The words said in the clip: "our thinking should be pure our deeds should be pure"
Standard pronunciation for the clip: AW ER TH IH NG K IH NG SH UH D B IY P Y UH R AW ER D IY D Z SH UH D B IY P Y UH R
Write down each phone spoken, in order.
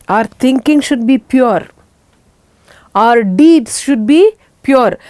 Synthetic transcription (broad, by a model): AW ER T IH NG K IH NG SH UH D B IY P Y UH R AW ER D IY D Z SH UH D B IY P Y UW R